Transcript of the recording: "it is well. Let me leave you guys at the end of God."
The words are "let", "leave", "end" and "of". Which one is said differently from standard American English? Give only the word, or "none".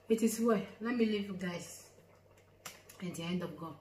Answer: of